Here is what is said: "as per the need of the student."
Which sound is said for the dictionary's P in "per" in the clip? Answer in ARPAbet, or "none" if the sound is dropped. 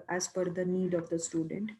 F